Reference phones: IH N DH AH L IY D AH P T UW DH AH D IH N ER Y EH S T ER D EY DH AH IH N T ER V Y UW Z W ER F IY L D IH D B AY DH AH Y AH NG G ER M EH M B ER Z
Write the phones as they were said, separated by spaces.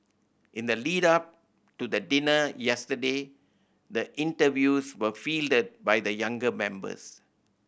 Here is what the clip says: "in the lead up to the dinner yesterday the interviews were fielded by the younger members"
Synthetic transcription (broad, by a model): IH N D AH L IY D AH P T UW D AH D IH N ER Y EH S T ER D EY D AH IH N T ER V Y UW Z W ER F IY L D IH D B AY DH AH Y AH NG G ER M EH M B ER S